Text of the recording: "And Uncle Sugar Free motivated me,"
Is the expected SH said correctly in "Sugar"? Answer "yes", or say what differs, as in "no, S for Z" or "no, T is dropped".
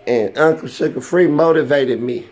no, S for SH